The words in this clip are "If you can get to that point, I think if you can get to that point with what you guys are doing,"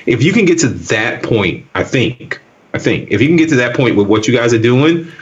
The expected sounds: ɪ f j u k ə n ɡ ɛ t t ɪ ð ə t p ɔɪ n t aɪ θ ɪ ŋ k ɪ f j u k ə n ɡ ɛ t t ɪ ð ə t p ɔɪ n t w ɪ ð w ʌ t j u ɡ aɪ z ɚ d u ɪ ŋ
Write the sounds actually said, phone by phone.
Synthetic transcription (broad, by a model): ɪ f j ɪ k ə n ɡ ɛ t t ɪ ð ə t p ɔɪ n t aɪ θ ɪ ŋ k ɪ f j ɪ k ə n ɡ ɛ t t ɪ ð ə t p ɔɪ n t w ɪ ð w ʌ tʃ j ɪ ɡ aɪ z ɚ d u ɪ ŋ